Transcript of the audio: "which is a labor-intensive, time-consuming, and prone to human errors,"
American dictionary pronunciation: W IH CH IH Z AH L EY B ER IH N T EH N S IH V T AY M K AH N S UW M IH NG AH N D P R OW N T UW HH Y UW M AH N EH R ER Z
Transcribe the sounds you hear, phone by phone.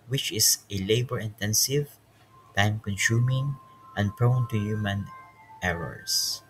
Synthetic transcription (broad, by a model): W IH CH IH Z AH L EY B ER IH N T EH N S IH V T AY M K AH N S UW M IH NG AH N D P R OW N T UW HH Y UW M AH N EH R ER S